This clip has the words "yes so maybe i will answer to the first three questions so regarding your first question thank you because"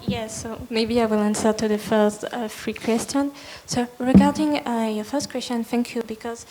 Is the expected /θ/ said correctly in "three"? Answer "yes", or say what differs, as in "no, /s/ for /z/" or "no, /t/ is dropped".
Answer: no, /f/ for /θ/